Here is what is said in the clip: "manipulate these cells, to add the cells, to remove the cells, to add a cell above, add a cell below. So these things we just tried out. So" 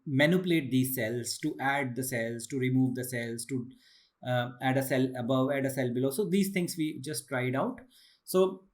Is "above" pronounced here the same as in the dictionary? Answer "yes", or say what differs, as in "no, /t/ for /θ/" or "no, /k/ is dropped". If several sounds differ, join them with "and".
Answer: yes